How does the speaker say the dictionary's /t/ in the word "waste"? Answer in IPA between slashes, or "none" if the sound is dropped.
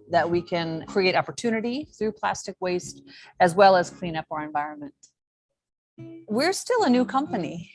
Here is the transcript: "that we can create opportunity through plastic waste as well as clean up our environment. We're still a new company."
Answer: /t/